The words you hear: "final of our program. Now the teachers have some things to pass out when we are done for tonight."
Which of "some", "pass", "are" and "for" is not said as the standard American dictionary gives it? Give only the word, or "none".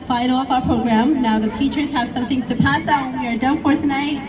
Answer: none